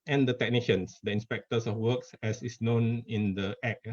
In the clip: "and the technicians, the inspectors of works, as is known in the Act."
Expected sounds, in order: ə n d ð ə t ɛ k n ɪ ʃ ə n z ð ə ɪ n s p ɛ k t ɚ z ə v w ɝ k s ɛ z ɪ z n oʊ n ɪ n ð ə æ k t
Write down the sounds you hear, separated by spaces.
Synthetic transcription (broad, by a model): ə n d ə t ɛ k n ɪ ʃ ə n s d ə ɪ n s p ɛ k t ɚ s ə f w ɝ k s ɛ s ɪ s n oʊ n ɪ n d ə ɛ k